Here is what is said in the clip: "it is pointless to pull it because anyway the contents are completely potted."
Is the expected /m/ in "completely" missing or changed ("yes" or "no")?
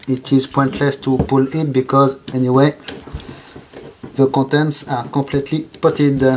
yes